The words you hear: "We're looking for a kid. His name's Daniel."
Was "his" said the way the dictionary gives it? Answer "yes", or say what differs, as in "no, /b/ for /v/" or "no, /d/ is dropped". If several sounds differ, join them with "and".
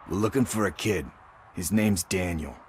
yes